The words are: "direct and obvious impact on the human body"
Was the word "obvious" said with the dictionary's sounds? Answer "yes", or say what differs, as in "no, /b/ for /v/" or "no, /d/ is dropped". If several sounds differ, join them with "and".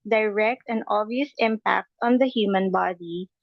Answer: no, /v/ is dropped